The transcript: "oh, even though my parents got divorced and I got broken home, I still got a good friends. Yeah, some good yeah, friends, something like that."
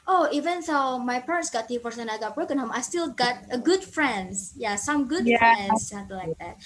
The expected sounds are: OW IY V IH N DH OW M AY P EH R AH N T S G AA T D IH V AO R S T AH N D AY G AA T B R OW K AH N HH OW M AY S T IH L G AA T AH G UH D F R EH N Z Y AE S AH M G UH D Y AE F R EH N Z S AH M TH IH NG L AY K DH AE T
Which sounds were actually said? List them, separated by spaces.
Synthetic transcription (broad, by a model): OW IY V IH N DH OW M AY P EH R AH N T S G AA T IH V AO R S AH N AY G AA T B R OW K AH N HH OW M AY S T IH L G AA T AH G UH D F R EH N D Y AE S AH M G UH D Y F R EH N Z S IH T L AY K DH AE T